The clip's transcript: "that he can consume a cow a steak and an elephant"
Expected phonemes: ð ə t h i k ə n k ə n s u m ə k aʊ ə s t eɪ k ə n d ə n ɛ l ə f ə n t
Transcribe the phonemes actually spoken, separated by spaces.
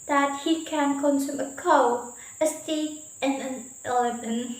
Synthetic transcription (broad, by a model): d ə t h i k ə n k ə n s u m ə k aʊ ə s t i ə n ə n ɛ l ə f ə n